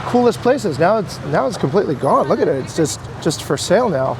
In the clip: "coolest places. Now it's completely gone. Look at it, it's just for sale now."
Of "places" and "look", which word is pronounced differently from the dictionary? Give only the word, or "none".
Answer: none